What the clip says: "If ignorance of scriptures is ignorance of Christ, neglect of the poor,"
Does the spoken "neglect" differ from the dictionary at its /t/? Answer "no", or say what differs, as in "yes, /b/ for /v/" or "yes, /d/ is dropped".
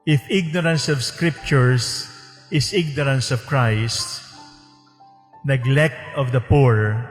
no